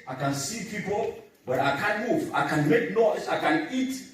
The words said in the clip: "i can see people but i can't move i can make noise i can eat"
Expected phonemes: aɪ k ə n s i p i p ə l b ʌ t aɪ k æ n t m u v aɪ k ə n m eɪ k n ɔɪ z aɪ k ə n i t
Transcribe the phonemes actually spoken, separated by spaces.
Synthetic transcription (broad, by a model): aɪ k ə n s i p i p ə l b ʌ t aɪ k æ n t m u v aɪ k ə n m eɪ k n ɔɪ s aɪ k ə n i t